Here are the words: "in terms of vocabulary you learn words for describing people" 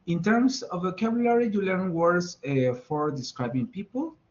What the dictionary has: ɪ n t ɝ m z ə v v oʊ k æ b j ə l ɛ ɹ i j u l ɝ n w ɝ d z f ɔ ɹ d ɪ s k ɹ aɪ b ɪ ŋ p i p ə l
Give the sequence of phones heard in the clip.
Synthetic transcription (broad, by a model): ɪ n t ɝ m s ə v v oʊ k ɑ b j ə l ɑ ɹ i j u l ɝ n w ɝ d s f ɔ ɹ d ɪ s k ɹ aɪ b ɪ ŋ p i p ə l